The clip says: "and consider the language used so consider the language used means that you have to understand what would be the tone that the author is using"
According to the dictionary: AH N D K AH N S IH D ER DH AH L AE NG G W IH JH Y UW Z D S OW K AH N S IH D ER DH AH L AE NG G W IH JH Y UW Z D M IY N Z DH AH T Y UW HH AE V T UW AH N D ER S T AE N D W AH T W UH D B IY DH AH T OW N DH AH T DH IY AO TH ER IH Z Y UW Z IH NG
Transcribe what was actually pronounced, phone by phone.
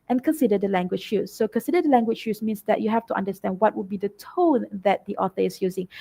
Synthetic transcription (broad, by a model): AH N K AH N S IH D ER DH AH L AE NG G W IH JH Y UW S OW K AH N S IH D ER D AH L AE NG G W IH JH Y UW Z M IY N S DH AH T Y UW HH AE F T UW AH N D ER S T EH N D W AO T W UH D B IY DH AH T OW N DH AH T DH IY AO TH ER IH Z Y UW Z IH NG